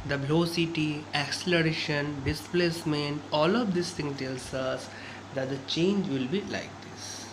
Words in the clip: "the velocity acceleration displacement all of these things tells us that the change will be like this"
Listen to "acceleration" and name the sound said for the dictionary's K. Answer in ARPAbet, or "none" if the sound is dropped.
K